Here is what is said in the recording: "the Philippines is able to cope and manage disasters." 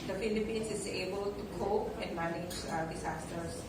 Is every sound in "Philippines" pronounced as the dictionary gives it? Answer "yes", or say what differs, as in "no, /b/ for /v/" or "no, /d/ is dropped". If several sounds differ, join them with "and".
no, /s/ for /z/